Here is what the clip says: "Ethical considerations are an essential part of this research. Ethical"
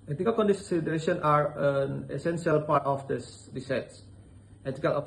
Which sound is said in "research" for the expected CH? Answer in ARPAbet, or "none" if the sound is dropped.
S